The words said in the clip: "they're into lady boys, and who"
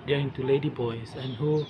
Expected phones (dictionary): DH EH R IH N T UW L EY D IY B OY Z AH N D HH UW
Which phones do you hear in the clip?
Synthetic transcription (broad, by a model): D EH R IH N T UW L EY D IY B OY S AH N HH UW